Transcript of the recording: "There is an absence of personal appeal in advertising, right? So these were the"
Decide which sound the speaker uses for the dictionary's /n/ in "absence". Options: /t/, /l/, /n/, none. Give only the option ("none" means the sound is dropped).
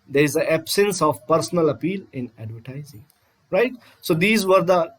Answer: /n/